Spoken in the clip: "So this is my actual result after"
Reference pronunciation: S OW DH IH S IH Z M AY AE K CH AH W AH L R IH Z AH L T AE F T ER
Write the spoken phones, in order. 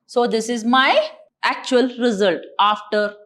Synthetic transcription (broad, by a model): S OW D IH S IH Z M AY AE K CH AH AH L R IH Z AH L T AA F T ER